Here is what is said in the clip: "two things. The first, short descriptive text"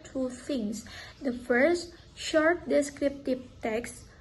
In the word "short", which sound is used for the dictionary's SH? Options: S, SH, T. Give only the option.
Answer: SH